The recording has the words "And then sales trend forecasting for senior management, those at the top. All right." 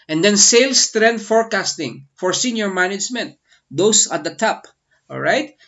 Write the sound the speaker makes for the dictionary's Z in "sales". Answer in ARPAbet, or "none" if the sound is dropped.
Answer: S